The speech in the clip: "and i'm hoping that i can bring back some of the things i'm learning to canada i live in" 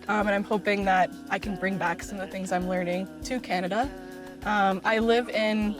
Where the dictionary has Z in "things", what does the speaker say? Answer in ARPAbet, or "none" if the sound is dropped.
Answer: Z